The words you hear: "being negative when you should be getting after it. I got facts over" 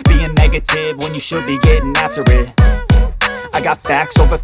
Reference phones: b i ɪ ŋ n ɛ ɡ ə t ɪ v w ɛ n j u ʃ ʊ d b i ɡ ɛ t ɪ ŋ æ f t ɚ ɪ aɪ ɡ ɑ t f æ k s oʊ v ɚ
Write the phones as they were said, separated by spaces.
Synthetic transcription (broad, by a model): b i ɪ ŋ n ɛ ɡ ə t ɪ v w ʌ n j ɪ ʃ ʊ d b i ɡ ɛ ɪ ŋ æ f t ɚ ɪ aɪ ɡ ɑ t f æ k s oʊ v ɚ